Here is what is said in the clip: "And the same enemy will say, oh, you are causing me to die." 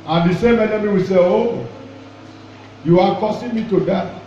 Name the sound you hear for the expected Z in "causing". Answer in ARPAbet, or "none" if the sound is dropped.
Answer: S